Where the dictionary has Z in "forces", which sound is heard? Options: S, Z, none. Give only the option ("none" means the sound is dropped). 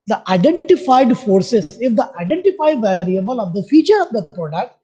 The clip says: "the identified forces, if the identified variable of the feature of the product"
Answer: S